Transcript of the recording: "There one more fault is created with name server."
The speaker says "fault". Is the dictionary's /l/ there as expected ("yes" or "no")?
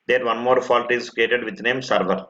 yes